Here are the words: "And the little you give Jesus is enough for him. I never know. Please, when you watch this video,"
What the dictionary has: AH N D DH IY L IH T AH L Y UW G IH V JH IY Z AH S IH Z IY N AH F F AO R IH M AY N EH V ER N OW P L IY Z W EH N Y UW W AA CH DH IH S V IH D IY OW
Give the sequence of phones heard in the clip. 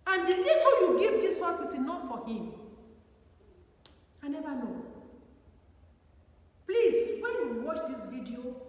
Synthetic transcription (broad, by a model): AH N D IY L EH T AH Y UW G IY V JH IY S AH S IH S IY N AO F F AO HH IH M AY N EH V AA N OW P L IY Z W EH N Y UW W AA CH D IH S V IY D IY OW